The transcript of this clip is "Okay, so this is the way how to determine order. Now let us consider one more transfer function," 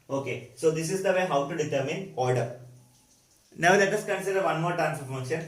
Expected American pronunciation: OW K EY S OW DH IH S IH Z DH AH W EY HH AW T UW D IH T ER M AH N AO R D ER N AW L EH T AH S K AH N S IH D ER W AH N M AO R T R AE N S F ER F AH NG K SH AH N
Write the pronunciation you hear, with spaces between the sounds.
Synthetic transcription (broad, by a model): OW K EY S OW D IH S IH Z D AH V EY HH AW T UW D IH T ER M AH N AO L D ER N AW L EH T AH S K AH N S IH D ER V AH N M AO R T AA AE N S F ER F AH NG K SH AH N